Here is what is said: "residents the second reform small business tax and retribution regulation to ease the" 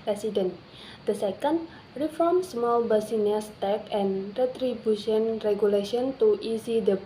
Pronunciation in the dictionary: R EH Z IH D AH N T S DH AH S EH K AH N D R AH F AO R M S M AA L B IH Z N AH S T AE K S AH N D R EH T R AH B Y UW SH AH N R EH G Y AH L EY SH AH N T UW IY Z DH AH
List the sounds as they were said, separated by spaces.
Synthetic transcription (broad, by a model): R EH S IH D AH N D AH S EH K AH N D R AH F AO R M S M AA L B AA S N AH S T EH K AH N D R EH T R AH B Y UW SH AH N R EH G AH L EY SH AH N T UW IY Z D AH